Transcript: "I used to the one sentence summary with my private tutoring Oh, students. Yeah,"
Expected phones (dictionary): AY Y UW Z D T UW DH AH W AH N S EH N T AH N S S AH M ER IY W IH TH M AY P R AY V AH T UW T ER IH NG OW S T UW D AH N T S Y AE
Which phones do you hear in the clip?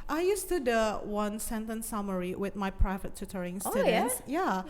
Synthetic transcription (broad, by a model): AY Y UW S T UW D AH W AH N S EH N T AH N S S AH M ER IY W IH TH M AY P R AY V AH T UW T ER IH NG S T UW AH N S Y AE